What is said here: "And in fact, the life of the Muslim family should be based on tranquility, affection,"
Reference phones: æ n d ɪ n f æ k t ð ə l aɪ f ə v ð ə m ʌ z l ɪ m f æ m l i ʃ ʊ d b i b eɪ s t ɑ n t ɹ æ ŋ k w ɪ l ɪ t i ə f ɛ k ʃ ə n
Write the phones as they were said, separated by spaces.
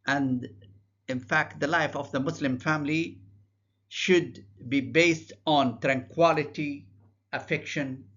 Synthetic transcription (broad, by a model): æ n d ɪ n f æ k t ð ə l aɪ f ə v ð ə m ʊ s l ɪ m f æ m l i ʃ ʊ d b i b eɪ s t ɑ n t ɹ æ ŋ k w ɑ l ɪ t i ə f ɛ k ʃ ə n